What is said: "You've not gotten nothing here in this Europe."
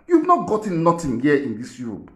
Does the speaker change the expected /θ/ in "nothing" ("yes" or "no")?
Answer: yes